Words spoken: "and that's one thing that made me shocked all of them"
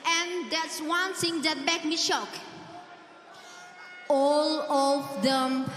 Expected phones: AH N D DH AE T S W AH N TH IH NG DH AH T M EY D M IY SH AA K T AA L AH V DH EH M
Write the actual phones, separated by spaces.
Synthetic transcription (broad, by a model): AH N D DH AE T S W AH N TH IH NG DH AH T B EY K M IY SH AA K AA L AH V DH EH M